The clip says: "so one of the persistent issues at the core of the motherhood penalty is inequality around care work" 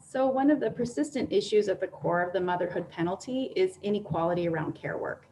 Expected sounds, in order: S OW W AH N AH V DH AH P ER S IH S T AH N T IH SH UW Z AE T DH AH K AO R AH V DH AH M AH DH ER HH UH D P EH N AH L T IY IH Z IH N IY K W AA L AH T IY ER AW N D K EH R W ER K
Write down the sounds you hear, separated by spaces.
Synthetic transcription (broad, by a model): S OW W AH N AH V DH AH P ER S IH S T AH N T IH SH UW Z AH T DH AH K AO R AH V DH AH M AH DH ER HH UH D P EH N L T IY IH Z IH N IY K W AA L AH T IY ER AW N D K EH R W ER K